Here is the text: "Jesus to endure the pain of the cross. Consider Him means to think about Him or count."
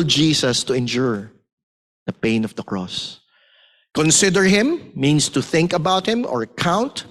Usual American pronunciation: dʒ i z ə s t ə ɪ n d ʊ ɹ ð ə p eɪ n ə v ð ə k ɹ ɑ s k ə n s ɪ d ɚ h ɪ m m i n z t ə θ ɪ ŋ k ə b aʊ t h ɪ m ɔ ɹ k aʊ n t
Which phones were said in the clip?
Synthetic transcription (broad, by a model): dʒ i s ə s t ə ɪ n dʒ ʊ ɹ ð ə p eɪ n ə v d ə k ɹ ɑ s k ə n s ɪ d ɚ h ɪ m m i n s t ə θ ɪ ŋ k ə b aʊ t h ɪ m ɔ ɹ k aʊ n t